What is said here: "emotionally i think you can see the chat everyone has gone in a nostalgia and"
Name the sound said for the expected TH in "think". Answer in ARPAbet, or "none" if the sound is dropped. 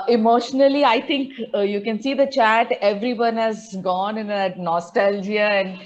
T